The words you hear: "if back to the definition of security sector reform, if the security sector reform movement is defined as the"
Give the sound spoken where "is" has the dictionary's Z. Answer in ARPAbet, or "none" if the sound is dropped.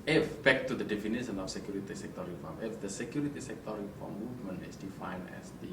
S